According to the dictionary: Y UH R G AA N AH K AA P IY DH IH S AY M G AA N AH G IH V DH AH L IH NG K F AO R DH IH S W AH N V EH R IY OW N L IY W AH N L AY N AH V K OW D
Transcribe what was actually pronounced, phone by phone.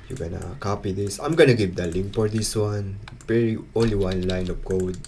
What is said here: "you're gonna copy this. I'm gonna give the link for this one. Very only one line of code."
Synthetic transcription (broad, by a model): Y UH G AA N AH K AA P IY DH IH S AY M G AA N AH G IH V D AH L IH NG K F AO R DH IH S W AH N P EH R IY OW N L IY W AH N L AY N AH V K OW D